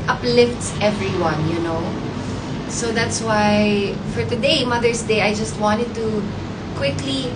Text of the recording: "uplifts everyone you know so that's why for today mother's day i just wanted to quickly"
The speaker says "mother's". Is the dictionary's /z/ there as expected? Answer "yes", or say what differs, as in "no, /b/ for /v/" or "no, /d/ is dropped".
no, /s/ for /z/